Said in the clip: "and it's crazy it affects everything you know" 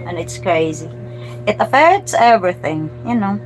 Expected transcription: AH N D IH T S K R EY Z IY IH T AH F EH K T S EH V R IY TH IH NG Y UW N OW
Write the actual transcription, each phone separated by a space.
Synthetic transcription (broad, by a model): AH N IH T S K R EY Z IY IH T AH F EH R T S EH V R IY TH IH NG Y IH N OW